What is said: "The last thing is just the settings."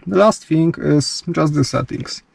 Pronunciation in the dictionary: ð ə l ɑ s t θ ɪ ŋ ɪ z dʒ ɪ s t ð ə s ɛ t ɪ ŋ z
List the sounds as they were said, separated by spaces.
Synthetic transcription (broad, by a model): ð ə l ɑ s t f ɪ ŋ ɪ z dʒ ɪ s t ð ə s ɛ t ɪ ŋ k